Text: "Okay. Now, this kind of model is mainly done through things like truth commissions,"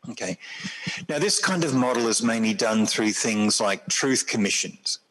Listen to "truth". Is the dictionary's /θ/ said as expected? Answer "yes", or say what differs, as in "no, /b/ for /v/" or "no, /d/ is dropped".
yes